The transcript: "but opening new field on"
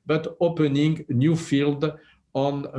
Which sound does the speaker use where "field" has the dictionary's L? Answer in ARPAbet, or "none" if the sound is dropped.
L